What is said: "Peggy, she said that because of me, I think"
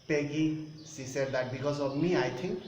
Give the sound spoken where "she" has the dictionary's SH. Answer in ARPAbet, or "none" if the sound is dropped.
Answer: S